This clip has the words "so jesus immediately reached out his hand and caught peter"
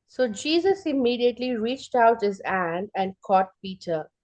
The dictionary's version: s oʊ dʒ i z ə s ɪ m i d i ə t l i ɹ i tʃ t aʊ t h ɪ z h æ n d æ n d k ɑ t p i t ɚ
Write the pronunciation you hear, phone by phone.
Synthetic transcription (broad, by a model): s oʊ dʒ i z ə s ɪ m i d i ə t l i ɹ i tʃ t aʊ t h ɪ z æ n d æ n d k ɑ t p i t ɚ